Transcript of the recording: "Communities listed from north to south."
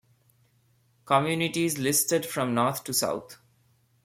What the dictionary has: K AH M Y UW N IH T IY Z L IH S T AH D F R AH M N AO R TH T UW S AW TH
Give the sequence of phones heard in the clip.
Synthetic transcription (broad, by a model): K AH M Y UW N IH T IY Z L IH S T AH D F R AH M N AO R T T UW S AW T